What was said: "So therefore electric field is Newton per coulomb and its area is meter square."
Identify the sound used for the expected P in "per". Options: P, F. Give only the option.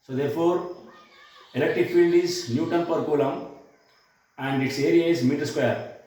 P